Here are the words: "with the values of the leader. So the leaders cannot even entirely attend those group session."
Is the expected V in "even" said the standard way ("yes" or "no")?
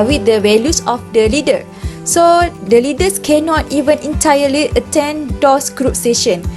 yes